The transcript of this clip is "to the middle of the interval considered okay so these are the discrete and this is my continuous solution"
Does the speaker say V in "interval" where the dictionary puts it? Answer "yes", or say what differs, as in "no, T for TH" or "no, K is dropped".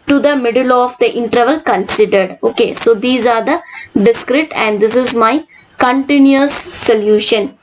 yes